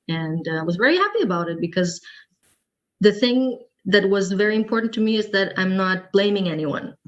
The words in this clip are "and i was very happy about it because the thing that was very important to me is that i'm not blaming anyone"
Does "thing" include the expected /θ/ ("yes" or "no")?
yes